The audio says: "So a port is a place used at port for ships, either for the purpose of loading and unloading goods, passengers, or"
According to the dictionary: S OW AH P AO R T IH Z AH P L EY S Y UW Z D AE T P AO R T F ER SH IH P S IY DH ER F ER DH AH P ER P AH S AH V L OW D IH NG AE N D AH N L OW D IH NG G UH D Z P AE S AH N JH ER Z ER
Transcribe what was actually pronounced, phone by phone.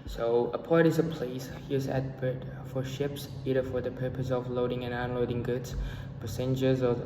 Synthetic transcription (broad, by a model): S OW AH P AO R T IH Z AH P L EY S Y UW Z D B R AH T F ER SH IH P S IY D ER F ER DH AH P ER P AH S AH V L OW D IH NG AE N AH N L OW D IH NG G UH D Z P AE S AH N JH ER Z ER